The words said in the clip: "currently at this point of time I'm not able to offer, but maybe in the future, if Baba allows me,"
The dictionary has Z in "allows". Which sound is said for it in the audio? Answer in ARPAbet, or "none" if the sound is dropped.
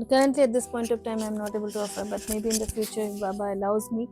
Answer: Z